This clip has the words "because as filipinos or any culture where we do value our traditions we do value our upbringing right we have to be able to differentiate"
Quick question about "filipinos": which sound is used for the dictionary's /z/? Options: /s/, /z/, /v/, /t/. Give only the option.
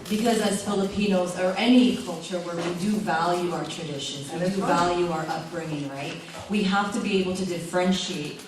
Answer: /z/